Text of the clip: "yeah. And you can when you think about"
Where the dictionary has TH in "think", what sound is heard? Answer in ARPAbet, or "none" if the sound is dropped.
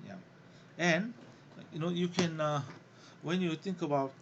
T